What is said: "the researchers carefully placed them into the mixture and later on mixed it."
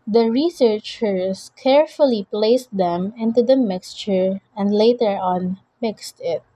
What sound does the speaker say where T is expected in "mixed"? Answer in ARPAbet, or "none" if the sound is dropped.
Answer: T